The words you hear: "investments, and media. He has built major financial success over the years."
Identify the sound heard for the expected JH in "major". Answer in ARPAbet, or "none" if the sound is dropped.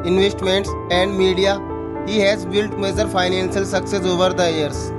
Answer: Z